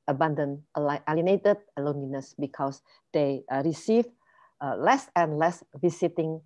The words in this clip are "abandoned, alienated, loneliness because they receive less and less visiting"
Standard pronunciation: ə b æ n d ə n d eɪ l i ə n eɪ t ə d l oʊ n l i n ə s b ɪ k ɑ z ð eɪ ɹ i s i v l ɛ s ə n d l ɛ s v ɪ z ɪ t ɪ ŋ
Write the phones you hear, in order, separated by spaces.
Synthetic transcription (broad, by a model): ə b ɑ n d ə n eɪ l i n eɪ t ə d l oʊ n l i n ə s b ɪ k ɑ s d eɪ ɹ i s i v l ɛ s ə n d l ɛ s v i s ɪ t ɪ ŋ